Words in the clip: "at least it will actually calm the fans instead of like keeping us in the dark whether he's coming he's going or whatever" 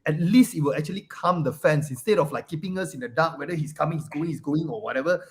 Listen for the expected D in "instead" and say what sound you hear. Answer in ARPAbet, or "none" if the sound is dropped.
D